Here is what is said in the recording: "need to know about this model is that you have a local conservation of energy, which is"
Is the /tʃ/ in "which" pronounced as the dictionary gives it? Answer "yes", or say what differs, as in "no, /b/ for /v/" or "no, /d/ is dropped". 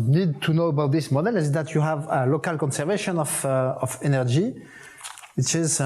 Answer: no, /s/ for /tʃ/